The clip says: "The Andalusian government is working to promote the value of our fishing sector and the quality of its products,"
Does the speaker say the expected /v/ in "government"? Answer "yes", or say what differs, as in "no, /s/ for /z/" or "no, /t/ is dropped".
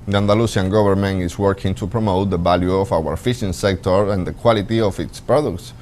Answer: no, /b/ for /v/